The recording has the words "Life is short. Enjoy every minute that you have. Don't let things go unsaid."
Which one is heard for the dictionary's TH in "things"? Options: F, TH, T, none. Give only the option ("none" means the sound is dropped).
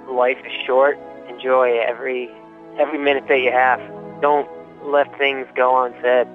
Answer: TH